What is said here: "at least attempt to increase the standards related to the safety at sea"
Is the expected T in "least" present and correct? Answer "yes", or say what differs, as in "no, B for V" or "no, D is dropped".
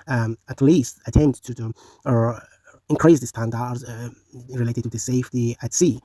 yes